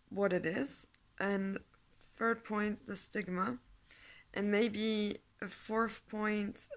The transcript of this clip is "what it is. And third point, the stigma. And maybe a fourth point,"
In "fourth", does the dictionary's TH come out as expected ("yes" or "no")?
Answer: yes